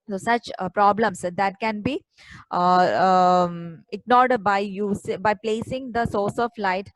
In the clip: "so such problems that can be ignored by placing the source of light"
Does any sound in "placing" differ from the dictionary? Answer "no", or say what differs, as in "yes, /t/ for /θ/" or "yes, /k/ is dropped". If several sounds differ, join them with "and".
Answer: no